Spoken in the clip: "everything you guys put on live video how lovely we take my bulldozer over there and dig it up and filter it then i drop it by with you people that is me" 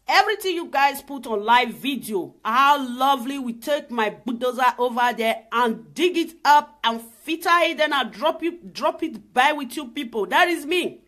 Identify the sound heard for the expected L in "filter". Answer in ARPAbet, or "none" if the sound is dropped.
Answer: none